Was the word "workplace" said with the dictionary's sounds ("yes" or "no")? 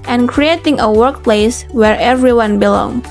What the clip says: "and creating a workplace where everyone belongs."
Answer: yes